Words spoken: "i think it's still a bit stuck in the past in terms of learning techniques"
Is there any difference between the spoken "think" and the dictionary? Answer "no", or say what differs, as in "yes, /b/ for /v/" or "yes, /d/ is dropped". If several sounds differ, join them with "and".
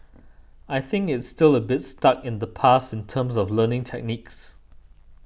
no